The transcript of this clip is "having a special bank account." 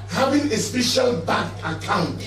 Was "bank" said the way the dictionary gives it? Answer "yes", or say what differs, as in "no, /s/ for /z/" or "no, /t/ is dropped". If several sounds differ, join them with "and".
no, /ŋ/ is dropped